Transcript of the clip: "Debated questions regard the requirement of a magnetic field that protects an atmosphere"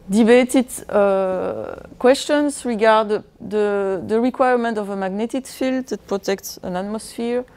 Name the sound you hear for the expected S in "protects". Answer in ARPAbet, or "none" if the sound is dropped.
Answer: S